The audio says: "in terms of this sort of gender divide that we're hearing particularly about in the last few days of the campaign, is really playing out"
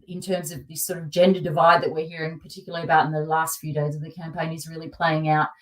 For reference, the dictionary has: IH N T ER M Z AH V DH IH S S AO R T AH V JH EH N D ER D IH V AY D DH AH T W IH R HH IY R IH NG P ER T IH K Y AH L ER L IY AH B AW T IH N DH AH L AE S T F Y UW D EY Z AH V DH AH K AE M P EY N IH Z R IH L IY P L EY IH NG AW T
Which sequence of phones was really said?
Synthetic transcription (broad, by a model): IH N T ER M Z AH V DH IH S S AO R T AH V JH EH N D ER D IH V AY D DH AH T W IH R HH IY R IH NG P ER T IH K Y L L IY AH B AW T N DH AH L AE S T F Y UW D EY Z AH V DH AH K AE M P EY N IH Z R IH L IY P L EY IH NG AW T